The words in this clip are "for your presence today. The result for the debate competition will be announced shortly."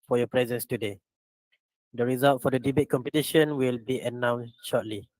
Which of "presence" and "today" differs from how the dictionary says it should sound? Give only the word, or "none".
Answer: none